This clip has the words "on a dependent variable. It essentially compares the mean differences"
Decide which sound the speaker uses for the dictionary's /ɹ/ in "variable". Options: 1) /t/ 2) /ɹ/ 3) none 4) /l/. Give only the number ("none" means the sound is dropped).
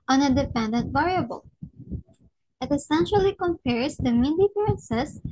2